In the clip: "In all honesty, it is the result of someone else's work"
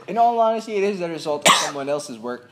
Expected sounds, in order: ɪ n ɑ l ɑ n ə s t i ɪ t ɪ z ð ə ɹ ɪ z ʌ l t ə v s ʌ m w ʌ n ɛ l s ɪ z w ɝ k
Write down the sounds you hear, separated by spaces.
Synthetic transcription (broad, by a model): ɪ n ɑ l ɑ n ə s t i ɪ t ɪ z ð ə ɹ ɪ z ʌ l t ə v s ʌ m w ʌ n ɛ l s ɪ z w ɝ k